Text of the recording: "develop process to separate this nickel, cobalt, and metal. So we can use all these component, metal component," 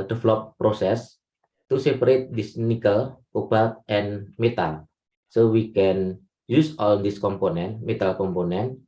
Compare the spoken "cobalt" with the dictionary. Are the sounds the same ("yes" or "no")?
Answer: no